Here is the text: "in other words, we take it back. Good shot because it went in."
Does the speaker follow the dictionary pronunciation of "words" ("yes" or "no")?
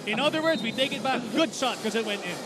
yes